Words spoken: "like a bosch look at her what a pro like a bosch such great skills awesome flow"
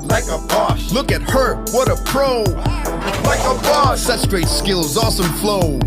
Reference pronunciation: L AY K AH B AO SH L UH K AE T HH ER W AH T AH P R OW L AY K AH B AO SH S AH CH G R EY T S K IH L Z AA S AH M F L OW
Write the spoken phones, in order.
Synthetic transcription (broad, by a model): L AY K AH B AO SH L UH K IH T HH ER W AH T AH P R OW L AY K AH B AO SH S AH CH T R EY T S K IH L Z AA S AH M F L OW